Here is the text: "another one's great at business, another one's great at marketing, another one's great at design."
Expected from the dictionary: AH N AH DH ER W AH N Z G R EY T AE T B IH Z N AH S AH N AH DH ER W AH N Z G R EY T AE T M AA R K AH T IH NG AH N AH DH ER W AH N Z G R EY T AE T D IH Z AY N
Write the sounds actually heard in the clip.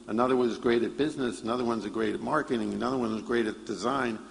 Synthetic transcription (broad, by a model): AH N AH DH ER W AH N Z G R EY T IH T B IH Z N AH S AH N AH DH ER W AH N Z G R EY T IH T M AA R K AH T IH NG AH N AH DH ER W AH N Z G R EY T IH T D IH Z AY N